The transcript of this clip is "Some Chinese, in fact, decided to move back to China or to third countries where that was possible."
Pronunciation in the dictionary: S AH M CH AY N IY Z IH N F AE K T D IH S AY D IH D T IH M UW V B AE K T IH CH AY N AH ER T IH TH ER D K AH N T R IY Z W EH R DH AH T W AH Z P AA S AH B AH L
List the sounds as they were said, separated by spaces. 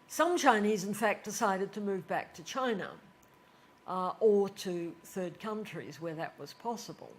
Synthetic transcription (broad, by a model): S AH M CH AY N IY Z IH N F AE K D IH S AY D IH D T IH M UW V B AE K T IH CH AY N AH ER T IH TH ER D K AH N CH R IY Z W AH R DH AH T W AH Z P AA S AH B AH L